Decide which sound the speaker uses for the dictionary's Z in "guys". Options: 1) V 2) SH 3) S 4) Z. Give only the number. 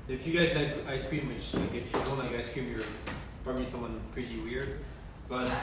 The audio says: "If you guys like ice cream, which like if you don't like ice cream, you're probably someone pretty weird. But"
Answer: 4